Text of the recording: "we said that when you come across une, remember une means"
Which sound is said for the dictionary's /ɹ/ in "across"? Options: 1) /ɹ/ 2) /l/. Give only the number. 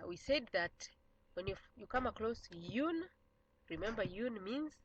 2